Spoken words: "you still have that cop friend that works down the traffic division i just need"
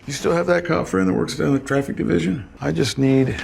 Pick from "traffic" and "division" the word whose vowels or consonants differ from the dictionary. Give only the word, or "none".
none